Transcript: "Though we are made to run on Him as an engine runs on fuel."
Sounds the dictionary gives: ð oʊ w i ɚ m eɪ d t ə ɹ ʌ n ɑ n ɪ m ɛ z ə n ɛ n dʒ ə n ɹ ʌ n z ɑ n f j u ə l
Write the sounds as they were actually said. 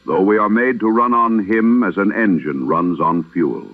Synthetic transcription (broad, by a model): ð oʊ w i ɚ m eɪ d t ə ɹ ʌ n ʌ n ɪ m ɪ z ə n ɛ n dʒ ə n ɹ ʌ n z n f j u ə l